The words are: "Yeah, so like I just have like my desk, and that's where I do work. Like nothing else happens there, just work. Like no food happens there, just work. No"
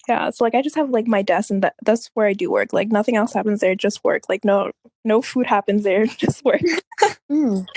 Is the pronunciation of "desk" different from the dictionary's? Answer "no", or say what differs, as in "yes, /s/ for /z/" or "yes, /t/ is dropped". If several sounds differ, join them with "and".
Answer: yes, /k/ is dropped